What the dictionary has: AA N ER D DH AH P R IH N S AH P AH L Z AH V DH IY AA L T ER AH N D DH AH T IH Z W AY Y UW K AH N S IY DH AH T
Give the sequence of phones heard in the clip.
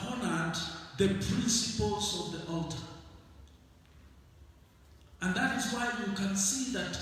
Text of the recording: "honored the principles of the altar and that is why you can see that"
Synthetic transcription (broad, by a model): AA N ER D DH AH P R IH N S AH P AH L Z AH V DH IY AA L T ER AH N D DH AH T IH Z W AY Y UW K AH N S IY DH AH T